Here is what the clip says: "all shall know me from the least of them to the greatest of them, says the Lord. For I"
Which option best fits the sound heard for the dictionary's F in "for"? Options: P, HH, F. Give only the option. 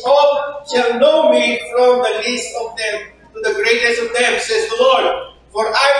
F